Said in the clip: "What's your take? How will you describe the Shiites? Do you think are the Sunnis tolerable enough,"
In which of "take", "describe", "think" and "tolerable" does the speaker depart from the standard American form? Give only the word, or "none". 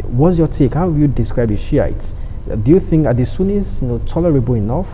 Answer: none